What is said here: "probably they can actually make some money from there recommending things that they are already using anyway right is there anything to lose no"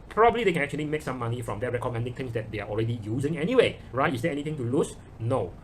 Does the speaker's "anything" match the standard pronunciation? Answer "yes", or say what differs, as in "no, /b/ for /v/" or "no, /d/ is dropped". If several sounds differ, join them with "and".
no, /t/ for /θ/